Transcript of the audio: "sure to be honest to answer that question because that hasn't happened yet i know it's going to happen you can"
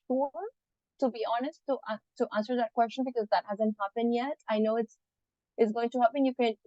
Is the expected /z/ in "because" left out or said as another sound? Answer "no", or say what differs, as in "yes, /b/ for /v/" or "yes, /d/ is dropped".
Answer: no